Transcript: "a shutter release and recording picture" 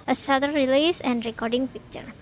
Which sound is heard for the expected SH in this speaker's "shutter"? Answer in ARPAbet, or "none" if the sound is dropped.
S